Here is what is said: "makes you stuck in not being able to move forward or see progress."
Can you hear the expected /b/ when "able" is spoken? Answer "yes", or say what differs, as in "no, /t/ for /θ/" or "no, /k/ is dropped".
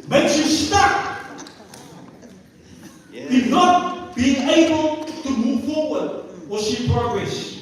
yes